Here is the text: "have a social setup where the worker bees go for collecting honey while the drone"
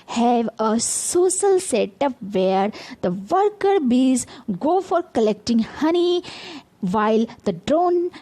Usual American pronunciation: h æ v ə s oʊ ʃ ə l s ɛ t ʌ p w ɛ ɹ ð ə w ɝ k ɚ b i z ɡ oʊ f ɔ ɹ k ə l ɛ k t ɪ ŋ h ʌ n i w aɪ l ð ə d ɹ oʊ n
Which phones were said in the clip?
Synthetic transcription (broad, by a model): h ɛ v ə s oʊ s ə l s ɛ t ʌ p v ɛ ɹ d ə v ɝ k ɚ b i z ɡ oʊ f ɔ ɹ k ə l ɛ k t ɪ ŋ h ʌ n i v aɪ l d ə d ɹ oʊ n